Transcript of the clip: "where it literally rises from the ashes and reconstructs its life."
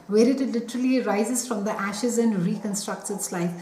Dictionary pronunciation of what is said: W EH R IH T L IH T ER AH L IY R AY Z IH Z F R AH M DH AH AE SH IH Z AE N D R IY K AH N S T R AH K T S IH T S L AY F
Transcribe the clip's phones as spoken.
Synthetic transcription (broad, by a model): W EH R IH T L IH T ER AH L IY R AY Z IH Z F R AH M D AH AE SH IH Z AE N D R IY K AH N S T R AH K T S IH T S L AY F